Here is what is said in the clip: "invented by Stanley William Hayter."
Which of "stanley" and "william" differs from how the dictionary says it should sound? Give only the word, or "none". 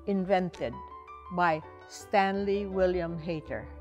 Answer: none